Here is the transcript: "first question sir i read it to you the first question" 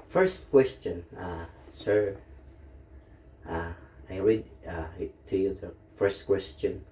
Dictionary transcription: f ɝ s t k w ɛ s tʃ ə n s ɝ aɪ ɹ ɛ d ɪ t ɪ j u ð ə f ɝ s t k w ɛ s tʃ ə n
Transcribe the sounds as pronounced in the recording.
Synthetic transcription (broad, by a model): f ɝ s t k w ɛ s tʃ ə n s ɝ aɪ ɹ ɛ d ɪ t ɪ j u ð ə f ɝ s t k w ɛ s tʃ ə n